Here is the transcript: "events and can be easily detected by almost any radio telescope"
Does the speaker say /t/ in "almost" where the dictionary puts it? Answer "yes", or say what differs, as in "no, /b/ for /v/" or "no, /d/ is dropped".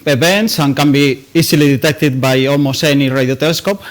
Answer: no, /t/ is dropped